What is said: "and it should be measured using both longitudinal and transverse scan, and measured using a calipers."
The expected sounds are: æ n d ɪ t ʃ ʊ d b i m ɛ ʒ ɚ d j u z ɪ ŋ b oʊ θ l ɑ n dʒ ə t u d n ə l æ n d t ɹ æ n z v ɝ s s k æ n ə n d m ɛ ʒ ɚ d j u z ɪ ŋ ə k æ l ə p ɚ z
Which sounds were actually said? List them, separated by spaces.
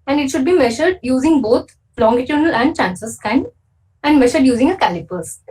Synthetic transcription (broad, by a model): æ n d ɪ t ʃ ʊ d b i m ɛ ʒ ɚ d j u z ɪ ŋ b oʊ t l ɑ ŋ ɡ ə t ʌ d n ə l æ n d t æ n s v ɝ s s k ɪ n ə n d m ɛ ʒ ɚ d j u z ɪ ŋ ə k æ l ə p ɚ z